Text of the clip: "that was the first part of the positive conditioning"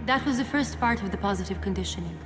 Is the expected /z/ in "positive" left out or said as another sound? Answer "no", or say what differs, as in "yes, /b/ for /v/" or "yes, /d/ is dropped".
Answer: no